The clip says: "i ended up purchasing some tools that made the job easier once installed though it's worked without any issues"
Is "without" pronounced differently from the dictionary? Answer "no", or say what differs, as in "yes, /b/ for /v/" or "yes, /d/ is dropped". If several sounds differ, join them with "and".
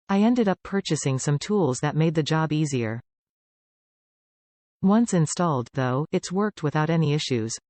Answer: no